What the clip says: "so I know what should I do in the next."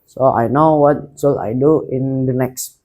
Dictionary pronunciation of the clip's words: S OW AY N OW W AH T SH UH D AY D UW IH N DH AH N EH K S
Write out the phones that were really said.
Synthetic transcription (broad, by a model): S OW AY N OW W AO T S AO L AY D UW IH N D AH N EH K S